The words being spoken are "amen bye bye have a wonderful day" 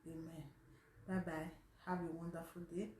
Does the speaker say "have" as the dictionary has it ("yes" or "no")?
no